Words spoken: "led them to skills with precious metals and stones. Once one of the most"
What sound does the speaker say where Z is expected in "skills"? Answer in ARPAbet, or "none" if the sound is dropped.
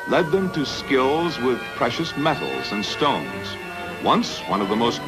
Z